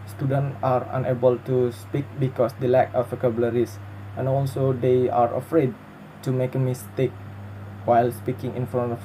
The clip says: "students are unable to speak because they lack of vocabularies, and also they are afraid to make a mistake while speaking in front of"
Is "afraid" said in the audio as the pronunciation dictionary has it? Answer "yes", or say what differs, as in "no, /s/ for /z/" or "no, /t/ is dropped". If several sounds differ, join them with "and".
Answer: yes